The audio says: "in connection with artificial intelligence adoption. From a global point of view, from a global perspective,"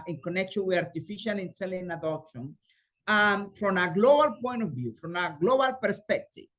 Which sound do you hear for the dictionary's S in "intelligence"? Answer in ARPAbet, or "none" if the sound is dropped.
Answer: none